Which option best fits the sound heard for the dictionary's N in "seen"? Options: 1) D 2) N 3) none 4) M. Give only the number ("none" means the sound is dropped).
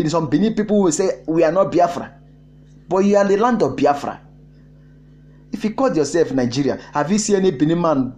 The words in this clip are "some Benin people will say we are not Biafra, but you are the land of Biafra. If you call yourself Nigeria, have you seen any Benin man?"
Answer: 3